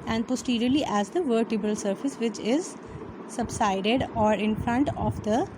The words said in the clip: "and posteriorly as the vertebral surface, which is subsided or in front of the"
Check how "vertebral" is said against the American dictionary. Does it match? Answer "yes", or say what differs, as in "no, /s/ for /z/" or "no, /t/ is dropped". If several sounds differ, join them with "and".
no, /ɹ/ is dropped